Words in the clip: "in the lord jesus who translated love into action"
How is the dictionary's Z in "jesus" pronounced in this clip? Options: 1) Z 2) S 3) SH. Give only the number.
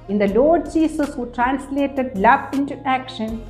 2